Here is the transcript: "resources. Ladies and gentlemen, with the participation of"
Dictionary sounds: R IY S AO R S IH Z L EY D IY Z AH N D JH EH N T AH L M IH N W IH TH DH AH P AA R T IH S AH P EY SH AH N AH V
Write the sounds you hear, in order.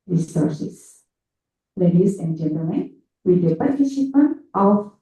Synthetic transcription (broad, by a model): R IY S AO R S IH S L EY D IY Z AH N D JH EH N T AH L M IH N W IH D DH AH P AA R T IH SH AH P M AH N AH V